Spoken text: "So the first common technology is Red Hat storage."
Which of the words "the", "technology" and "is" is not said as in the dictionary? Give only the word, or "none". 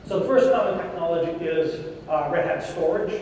none